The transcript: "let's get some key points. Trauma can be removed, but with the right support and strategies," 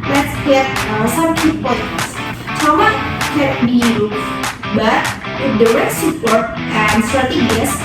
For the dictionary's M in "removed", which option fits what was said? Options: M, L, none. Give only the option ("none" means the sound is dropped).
none